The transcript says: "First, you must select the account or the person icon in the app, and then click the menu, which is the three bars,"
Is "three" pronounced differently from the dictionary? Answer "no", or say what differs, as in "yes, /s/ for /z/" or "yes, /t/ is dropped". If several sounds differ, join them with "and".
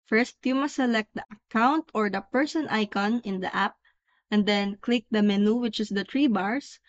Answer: yes, /t/ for /θ/